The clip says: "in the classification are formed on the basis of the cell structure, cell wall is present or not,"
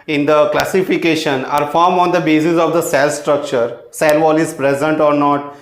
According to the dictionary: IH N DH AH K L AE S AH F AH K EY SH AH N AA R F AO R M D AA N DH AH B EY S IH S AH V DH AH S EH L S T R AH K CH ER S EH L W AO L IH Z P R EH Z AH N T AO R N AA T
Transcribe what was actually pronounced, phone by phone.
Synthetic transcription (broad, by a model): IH N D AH K L AE S AH F AH K EY SH AH N AA R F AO R M AA N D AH B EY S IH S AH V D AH S EH L S T R AH K CH ER S EH L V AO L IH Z P R EH Z AH N T AO R N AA T